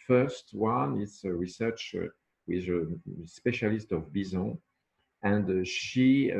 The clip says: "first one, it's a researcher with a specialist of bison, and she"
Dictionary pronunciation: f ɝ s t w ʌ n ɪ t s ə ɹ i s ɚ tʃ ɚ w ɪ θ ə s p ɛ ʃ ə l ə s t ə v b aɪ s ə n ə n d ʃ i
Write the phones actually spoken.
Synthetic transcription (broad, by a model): f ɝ s t w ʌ n ɪ t s ə ɹ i s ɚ tʃ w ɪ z ə s p ɛ ʃ ə l ə s t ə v b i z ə ə n d ʃ i